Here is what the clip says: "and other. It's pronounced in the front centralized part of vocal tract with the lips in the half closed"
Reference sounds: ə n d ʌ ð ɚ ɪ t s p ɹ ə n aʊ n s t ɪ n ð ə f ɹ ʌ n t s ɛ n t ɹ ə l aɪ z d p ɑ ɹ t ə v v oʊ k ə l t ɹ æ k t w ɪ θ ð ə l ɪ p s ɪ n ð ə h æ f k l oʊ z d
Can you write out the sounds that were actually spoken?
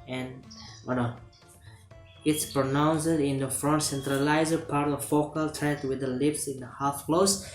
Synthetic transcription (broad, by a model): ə n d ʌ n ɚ ɪ t s p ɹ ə n aʊ n s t ɪ n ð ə f ɹ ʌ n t s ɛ n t ɹ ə l aɪ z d p ɑ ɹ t ə v f oʊ k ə l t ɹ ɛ t w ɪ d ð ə l ɪ p s ɪ n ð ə h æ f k l oʊ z